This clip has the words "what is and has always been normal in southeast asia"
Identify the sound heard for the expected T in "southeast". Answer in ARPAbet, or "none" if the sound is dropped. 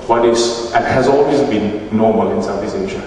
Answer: none